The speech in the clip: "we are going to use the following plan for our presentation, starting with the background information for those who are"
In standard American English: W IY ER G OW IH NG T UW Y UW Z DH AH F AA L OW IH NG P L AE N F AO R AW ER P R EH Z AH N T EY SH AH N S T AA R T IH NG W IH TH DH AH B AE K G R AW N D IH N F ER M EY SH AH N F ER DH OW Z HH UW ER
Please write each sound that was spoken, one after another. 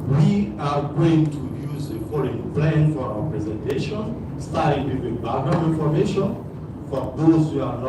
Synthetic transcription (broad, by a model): W IY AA G OW IH NG T UW Y UW Z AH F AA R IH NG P L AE N F AO R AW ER P R EH Z AH N T EY SH AH N S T AA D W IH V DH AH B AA G AW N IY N F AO M EY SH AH N F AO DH OW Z HH UW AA